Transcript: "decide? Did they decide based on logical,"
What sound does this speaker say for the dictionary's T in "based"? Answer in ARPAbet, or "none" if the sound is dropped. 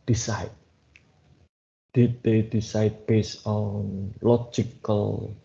none